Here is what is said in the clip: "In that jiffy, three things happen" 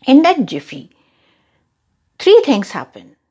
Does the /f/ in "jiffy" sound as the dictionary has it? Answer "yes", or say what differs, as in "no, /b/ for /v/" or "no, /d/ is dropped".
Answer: yes